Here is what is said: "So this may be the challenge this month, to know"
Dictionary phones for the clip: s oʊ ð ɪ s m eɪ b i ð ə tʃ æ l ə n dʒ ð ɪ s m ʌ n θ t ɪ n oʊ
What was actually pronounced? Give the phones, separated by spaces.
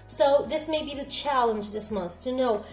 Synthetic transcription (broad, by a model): s oʊ ð ɪ s m eɪ b i ð ə tʃ æ l ə n dʒ ð ɪ s m ʌ n θ t ɪ n oʊ